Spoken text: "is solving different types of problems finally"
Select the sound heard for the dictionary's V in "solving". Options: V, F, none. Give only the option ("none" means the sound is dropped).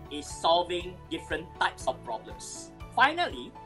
V